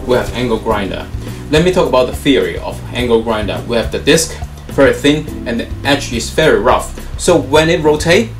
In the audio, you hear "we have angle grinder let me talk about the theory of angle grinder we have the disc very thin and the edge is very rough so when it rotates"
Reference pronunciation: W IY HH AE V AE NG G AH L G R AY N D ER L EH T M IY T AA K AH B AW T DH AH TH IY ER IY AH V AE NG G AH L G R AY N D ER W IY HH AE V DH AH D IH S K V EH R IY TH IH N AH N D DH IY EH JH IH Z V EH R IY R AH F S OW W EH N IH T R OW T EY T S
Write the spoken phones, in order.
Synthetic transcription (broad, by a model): W IY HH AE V AE NG G AH L G R AY N D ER L EH T M IY T AA K AH B AW T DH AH TH IY ER IY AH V AE NG G AH L G R AY N D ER W IY HH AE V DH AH D IH S K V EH R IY TH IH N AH N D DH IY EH CH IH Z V EH R IY R AH F S OW W EH N IH T R OW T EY